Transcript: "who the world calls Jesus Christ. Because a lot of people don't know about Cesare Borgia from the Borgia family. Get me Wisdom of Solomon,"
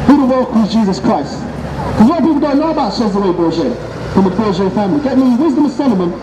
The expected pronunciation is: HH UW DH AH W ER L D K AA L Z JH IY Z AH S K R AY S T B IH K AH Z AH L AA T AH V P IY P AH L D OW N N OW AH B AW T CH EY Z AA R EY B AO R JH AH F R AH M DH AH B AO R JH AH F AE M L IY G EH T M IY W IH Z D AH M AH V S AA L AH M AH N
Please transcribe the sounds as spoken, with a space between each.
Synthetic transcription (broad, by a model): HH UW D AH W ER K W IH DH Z JH IY Z AH S K R AY S T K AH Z AH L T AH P IY P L D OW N N OW AH B AW T SH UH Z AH W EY B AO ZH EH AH F R AH M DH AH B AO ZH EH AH F AE M L IY G EH T M IY W IH Z D AH M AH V S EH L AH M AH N